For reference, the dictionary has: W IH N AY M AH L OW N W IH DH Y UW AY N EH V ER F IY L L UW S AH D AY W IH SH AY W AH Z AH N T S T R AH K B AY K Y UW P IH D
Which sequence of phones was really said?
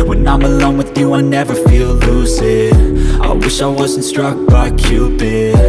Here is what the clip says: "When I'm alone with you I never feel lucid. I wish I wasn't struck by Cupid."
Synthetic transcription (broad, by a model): W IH N AY M AH L OW N W IH DH Y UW AY N EH V ER F IY L L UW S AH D AY W IH SH AY W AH Z N T S T R AH K B AY K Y UW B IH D